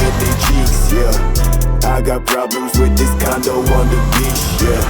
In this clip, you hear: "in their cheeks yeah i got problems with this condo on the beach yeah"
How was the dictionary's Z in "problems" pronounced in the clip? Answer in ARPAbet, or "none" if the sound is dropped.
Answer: Z